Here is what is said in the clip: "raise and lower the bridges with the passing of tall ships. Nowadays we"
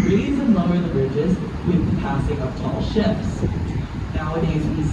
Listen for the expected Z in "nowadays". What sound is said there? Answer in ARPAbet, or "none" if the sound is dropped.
Z